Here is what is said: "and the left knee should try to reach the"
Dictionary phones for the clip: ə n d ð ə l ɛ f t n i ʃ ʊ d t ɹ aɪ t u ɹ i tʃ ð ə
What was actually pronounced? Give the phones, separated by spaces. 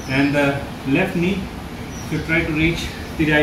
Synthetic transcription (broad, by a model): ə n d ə l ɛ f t n i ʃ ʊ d t ɹ aɪ t u ɹ i tʃ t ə